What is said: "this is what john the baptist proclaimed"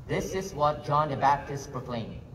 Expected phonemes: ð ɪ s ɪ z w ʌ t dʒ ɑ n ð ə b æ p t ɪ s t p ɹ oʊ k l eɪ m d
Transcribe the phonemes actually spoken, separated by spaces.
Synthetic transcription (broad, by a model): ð ɪ s ɪ z w ʌ t dʒ ɑ n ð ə b æ p t ɪ s t p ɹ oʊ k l eɪ m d